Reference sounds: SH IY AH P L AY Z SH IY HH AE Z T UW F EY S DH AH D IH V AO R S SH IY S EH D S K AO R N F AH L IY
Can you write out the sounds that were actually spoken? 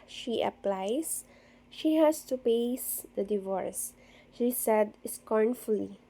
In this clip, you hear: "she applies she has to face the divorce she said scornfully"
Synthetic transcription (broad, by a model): SH IY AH P L AY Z SH IY HH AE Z T UW P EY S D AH D IH V AO R S SH IY S EH D S K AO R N F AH L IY